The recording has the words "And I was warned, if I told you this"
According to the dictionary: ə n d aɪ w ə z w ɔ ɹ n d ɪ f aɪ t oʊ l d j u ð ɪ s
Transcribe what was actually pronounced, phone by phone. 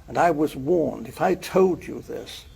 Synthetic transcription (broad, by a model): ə n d aɪ w ə z w ɔ ɹ n d ɪ f aɪ t oʊ l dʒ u ð ɪ s